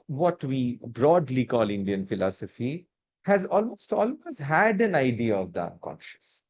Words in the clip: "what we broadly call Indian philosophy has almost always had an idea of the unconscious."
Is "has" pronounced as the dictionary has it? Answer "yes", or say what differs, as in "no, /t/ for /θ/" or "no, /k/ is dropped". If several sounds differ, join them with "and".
yes